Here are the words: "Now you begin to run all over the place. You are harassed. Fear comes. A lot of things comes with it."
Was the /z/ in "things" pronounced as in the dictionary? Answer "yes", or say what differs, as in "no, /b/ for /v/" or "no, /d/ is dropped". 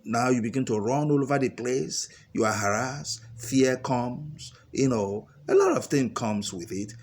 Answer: no, /z/ is dropped